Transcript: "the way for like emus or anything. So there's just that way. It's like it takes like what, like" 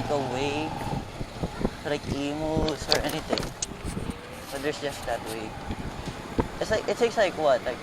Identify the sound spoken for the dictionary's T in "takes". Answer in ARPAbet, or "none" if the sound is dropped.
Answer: S